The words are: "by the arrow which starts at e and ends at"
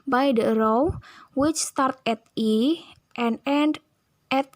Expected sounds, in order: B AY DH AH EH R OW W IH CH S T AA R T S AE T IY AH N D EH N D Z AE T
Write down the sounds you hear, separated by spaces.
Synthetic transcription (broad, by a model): B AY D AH R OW W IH CH S T AA R T EH T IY AH N D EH N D EH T